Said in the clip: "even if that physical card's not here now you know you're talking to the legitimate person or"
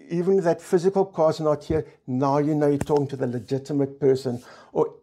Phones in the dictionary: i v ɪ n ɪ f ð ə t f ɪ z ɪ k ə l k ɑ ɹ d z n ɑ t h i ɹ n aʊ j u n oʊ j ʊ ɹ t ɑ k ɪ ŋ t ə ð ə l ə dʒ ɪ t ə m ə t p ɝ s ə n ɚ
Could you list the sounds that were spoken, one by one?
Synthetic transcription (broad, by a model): i v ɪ n ð ə t f ɪ z ɪ k ə l k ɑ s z n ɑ t h i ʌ n aʊ j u n oʊ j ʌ t ɑ k ɪ ŋ t ə ð ə l ə dʒ ɪ t ə m ə t p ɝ s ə n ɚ